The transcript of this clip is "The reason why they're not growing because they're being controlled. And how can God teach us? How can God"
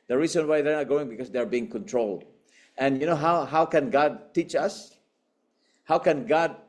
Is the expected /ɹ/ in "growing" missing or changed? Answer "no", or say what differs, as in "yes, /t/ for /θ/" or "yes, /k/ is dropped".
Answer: yes, /ɹ/ is dropped